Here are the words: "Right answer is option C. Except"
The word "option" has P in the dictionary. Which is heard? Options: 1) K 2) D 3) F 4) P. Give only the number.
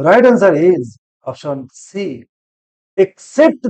3